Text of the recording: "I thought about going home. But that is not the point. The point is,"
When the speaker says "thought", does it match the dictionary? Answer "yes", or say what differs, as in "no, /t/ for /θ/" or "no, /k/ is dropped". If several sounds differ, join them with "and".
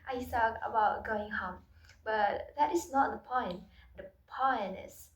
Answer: no, /s/ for /θ/